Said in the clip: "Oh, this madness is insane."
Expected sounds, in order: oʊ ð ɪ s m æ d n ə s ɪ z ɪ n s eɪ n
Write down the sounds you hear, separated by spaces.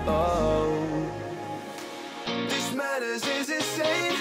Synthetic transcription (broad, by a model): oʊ ð ɪ s m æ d ə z ɪ z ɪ s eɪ